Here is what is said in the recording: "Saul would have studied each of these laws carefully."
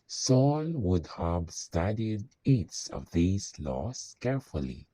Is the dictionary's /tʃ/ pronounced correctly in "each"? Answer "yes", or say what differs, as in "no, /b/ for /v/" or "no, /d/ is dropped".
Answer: no, /s/ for /tʃ/